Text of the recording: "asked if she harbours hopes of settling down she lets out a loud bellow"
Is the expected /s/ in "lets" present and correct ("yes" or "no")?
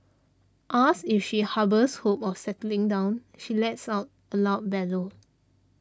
yes